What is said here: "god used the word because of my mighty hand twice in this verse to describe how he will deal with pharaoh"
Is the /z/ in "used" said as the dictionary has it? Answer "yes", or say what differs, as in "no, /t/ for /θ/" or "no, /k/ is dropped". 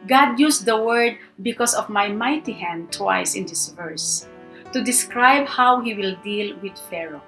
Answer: no, /s/ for /z/